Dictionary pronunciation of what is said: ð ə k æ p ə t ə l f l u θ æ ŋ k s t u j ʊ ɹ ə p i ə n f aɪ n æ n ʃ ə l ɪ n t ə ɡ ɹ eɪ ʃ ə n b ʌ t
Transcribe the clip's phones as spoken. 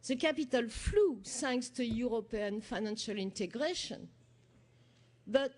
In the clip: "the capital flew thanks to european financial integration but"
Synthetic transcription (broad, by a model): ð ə k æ p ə t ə l f l u s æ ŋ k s t u j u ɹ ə p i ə n f aɪ n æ n ʃ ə l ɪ n t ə ɡ ɹ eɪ ʃ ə n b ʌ t